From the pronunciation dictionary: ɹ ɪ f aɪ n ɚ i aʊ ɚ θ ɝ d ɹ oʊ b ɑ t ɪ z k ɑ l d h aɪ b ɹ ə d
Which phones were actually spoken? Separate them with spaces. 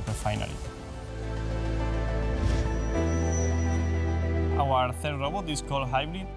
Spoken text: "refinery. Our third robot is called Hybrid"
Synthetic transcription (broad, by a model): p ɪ f aɪ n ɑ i aʊ ɚ θ ɝ d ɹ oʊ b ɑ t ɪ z k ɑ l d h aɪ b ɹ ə